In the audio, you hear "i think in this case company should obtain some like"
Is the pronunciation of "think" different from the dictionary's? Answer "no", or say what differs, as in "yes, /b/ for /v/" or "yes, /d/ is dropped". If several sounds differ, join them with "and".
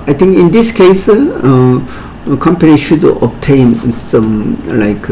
yes, /t/ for /θ/